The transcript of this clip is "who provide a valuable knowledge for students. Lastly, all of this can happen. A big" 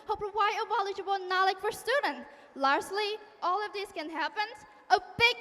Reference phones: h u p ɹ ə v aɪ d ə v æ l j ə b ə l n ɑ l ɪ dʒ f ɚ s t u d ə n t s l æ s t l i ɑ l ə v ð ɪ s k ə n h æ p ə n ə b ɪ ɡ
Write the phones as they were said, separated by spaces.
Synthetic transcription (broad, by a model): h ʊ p w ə ɪ ə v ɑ l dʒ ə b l n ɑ l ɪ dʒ f ɚ s t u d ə n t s l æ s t l i ɑ l ə v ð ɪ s k ə n h æ p ə n ə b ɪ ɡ